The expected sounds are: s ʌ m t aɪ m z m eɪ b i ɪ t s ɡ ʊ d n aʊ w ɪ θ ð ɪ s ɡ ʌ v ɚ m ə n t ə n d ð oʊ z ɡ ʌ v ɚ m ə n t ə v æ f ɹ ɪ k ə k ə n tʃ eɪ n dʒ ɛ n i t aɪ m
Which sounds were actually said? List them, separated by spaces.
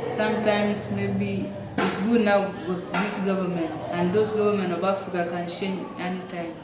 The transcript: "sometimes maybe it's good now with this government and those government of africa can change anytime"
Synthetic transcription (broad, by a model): s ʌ m t aɪ m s m eɪ b i ɪ t s ɡ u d n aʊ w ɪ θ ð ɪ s ɡ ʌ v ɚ m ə n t ə n d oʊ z ɡ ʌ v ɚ m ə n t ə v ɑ f ɹ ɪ k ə k ə n ʃ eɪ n ɛ n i t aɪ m